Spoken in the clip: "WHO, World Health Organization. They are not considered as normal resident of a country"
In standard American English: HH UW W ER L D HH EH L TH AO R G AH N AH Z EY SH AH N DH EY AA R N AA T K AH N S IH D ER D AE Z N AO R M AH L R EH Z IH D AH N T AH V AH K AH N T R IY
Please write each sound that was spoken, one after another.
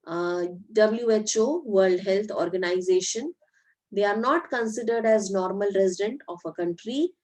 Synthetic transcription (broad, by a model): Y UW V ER L D HH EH L T AO R G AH N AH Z EY SH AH N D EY AA R N AA T K AH N S IH D ER D AE Z N AO R M AH L R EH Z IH D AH N T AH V AH K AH N T R IY